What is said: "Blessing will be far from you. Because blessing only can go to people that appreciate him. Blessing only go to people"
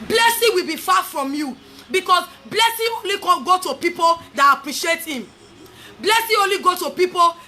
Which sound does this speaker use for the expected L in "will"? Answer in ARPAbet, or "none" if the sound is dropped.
L